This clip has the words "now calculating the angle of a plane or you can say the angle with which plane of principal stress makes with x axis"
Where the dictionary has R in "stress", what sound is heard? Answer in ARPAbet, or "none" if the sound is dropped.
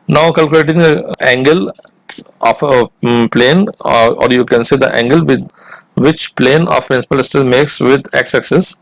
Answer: none